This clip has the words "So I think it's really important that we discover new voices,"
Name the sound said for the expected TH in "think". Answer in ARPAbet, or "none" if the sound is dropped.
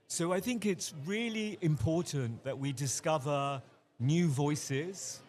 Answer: TH